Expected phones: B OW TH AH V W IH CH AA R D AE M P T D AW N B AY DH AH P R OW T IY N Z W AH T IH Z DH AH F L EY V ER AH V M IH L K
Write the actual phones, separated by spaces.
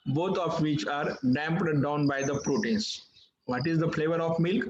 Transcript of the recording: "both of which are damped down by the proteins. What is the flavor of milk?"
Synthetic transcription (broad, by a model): B OW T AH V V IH CH AA R D AE M P T D AW N B AY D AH P R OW T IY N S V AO T IH Z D AH F L EY V ER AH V M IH L K